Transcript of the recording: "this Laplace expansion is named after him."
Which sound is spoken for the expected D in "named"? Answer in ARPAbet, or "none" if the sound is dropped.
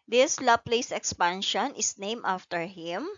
none